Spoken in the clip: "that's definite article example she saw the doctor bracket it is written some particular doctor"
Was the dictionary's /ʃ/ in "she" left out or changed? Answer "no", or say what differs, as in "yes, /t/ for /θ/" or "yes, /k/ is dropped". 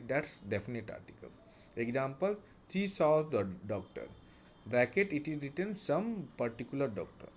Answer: yes, /s/ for /ʃ/